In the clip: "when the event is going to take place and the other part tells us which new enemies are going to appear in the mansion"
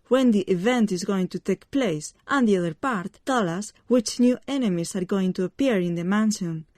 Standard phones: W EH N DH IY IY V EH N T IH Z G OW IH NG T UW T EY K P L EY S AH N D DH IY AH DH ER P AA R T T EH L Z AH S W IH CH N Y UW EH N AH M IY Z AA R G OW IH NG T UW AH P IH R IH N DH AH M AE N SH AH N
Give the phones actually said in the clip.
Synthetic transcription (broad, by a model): W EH N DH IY IY V EH N T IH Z G OW IH NG T UW T EY K P L EY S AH N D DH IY AH DH ER P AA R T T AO L AH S W IH CH N Y UW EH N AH M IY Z AA R G OW IH NG T UW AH P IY R IH N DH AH M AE N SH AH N